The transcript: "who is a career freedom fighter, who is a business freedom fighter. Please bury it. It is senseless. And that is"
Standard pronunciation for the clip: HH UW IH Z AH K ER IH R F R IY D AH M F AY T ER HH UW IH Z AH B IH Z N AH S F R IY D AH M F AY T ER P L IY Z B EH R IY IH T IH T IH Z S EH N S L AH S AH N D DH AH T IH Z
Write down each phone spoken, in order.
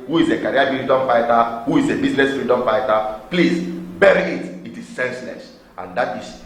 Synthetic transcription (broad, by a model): HH UW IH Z AH K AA R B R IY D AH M F AY T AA HH UW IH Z AH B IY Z L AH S F R IY D AH M F AY T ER P L IY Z B EH R IY IH T IH T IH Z S EH N S L AH S AH N D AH T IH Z